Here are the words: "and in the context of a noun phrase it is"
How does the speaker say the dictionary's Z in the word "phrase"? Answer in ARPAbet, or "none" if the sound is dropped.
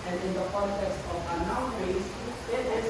S